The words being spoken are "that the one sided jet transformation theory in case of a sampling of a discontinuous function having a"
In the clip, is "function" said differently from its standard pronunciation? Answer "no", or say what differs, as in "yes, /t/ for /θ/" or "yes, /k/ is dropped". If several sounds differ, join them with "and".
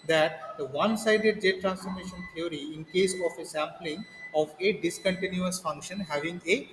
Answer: no